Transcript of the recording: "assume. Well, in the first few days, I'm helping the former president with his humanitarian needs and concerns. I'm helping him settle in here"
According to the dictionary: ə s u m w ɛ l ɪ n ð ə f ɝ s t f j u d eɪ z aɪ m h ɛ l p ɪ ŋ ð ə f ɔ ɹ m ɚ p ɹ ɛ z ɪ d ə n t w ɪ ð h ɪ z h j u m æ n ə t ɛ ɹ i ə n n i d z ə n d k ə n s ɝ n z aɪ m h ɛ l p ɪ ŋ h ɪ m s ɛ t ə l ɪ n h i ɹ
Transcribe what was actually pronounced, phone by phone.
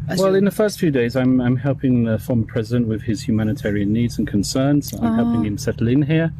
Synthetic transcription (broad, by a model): w ɛ l ɪ n ð ə f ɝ s t f j u d eɪ z aɪ m h ɛ l p ɪ ŋ ð ə f ɔ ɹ m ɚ p ɹ ɛ z ɪ d ə n t w ɪ ð ɪ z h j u m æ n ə t ɛ ɹ i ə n n i d z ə n k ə n s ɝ n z aɪ m h ɛ l p ɪ ŋ h ɪ m s ɛ t l ɪ n h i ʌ